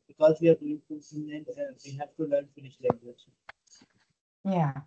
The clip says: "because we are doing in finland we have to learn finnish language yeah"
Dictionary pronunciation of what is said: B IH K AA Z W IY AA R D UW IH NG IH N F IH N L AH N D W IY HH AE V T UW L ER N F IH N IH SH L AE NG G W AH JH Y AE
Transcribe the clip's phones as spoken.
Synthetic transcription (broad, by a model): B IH K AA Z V IY AA R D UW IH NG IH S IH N AH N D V IY HH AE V T UW L ER N F IH N IH SH L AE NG G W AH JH Y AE